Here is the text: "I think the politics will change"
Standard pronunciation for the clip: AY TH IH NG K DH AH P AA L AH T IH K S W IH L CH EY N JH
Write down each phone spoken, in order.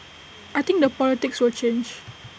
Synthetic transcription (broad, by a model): AY T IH NG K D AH P AA L AH T IH K S W IH L CH EY N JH